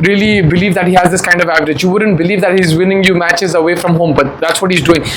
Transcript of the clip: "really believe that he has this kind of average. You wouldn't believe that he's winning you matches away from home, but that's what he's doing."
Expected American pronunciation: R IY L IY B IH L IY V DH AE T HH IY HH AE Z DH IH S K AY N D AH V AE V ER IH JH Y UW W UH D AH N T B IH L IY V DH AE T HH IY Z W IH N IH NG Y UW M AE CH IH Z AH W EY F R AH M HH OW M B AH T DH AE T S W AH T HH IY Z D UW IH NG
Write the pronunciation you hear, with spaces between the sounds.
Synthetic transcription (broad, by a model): R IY L IY B IH L IY V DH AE T HH IY HH AE Z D IH S K AY N D AH V AE V ER IH JH Y UW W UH D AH N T B IH L IY V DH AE T HH IY Z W IH N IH NG Y UW M AE CH IH Z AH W EY F R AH M HH OW M B AH T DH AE T S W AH T HH IY Z D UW IH NG